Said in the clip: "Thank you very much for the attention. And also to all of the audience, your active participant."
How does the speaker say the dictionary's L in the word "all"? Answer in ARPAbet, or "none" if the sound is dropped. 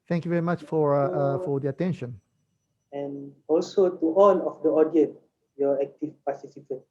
N